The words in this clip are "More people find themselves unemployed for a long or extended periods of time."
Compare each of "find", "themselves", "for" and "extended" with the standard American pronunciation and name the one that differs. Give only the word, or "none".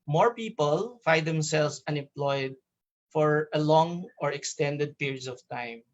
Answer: themselves